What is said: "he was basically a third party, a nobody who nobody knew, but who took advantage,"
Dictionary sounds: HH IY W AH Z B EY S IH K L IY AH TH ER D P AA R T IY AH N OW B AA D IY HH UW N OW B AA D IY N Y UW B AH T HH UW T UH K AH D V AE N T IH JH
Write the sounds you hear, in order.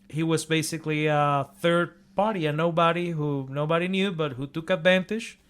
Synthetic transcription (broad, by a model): HH IY W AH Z B EY S IH K L IY AH TH ER D P AA R T IY AH N OW B AA D IY HH UW N OW B AA D IY N Y UW B AH T HH UW T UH K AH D V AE N T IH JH